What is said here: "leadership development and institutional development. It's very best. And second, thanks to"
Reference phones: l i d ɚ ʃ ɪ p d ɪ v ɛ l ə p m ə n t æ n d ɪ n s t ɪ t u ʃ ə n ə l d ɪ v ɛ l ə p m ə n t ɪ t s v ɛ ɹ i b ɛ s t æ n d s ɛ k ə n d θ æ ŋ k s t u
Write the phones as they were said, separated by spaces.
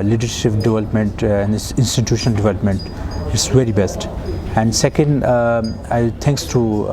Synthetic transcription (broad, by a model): l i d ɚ ʃ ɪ p d ɪ v ɛ l ə p m ə n t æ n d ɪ n s t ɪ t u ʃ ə n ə l d ɪ v ɛ l ə p m ə n t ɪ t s v ɛ ɹ i b ɛ s t æ n d s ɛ k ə n d t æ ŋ k s t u